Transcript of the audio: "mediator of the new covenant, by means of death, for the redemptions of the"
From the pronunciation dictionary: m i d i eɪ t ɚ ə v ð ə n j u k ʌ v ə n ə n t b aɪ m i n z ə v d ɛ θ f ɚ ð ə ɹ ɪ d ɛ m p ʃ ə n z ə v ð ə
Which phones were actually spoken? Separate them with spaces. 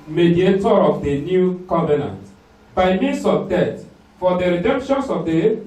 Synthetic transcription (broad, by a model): m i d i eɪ t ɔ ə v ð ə n j u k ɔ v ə n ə n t b aɪ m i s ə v d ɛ t f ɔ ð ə ɹ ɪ d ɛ m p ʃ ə n s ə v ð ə